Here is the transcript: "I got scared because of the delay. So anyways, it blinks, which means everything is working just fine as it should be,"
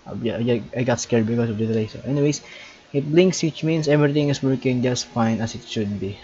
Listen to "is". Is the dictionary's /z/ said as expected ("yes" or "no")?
no